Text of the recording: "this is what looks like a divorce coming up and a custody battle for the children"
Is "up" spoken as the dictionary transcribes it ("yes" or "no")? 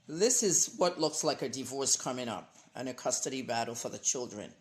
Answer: yes